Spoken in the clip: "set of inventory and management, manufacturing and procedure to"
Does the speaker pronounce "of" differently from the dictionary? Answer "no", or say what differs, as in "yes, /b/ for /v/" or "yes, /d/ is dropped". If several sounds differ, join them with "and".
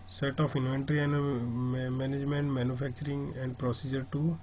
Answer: yes, /p/ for /v/